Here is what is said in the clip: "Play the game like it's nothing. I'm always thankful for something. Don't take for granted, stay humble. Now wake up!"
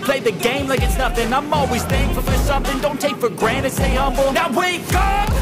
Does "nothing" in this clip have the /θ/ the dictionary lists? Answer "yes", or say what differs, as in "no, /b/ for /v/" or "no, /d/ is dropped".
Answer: no, /f/ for /θ/